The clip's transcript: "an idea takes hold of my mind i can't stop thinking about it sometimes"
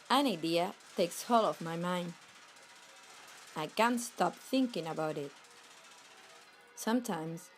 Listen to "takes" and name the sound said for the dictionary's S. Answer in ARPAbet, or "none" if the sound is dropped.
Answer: S